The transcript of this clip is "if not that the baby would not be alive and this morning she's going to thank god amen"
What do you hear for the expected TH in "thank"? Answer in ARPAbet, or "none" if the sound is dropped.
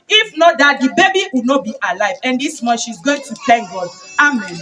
T